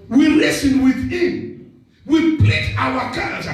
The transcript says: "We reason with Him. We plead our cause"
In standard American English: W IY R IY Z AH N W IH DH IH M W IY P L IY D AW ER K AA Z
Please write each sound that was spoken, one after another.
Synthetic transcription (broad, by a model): W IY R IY S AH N W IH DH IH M W IY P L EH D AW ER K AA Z